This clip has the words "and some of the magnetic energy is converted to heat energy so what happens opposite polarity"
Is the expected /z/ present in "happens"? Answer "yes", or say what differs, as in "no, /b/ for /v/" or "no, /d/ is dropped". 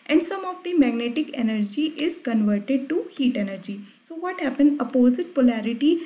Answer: no, /z/ is dropped